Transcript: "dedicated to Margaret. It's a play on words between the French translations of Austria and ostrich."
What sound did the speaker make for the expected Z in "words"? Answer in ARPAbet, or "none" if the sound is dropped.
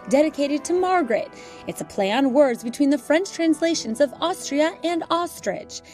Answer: Z